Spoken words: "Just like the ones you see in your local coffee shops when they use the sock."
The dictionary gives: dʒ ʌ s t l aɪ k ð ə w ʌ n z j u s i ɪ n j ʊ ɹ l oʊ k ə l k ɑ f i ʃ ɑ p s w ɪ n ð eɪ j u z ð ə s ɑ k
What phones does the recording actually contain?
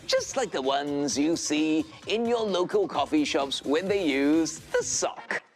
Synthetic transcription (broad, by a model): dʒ ʌ s t l aɪ k ð ə w ʌ n z j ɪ s i ɪ n j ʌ ɹ l oʊ k ə l k ɑ f i ʃ ɑ p s w ɪ n ð eɪ j u z ð ə s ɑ k